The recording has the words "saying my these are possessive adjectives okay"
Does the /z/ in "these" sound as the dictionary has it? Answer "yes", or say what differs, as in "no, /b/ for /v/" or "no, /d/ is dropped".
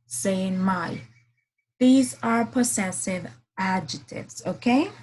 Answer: yes